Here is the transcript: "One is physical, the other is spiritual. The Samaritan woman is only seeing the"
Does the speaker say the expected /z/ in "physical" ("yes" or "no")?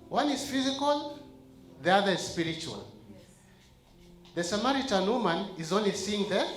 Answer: yes